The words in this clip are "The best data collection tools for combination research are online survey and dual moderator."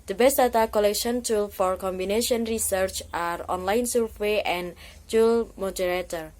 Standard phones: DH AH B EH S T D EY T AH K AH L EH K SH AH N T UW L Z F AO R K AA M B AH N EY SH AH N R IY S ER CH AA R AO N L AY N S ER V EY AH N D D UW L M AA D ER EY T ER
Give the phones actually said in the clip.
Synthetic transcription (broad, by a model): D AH B EH S T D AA T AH K AH L EH K SH AH N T UW L F AO R K AA M B AH N EY SH AH N R IY S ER CH AA R AO N L AY N S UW W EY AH N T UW L M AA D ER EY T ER